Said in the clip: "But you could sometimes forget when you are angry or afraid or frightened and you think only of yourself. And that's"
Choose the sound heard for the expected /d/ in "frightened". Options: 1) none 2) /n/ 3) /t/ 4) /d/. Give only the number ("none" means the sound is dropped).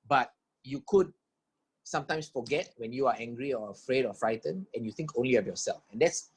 1